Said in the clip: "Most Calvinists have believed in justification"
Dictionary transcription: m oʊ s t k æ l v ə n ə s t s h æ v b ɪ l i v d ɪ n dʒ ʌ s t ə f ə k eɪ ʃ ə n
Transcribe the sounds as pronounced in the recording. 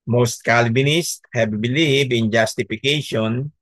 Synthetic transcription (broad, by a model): m oʊ s t k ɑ l b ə n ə s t h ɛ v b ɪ l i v ɪ n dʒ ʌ s t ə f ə k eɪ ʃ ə n